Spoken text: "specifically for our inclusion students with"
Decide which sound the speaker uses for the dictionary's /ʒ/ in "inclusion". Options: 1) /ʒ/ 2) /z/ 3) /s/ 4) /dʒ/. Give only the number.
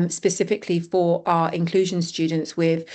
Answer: 1